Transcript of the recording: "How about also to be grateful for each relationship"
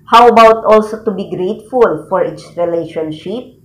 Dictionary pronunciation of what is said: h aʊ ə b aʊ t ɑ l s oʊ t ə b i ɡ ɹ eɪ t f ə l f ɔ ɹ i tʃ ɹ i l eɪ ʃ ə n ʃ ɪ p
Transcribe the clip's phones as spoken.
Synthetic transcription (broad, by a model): h aʊ ə b aʊ t ɑ l s oʊ t ə b i ɡ ɹ eɪ t f ə l f ɔ ɹ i s ɹ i l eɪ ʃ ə n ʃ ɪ p